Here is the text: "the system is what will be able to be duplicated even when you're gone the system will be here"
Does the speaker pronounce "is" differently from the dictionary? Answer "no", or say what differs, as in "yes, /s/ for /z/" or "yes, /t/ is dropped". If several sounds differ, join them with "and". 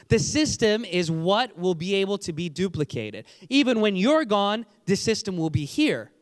no